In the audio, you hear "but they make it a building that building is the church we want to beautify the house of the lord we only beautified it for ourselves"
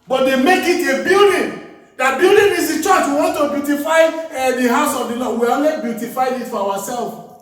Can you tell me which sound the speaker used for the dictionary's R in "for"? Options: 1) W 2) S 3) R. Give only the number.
1